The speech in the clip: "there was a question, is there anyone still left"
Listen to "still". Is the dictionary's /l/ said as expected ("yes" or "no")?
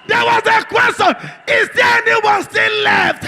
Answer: no